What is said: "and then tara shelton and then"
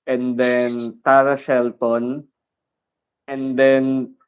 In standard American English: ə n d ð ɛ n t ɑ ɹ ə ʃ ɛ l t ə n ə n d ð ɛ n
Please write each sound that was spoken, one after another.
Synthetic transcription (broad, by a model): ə n d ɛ n t ɑ ɹ ə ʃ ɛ l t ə n ə n d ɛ n